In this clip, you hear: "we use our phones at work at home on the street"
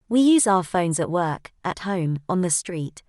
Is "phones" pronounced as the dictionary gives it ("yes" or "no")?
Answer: yes